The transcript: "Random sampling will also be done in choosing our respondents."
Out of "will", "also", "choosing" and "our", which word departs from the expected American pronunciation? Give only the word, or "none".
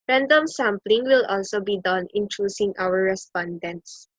choosing